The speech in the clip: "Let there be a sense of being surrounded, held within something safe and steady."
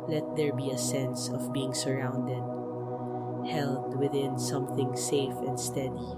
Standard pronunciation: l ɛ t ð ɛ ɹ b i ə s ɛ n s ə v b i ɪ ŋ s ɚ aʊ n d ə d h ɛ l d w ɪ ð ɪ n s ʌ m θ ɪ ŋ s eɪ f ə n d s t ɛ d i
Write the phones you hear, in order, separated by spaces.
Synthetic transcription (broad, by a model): l ɛ t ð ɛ ɹ b i ə s ɛ n s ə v b i ɪ ŋ s ɚ aʊ n d ə d h ɛ l d w ɪ ð ɪ n s ʌ m θ ɪ ŋ s eɪ f ə n d s t ɛ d i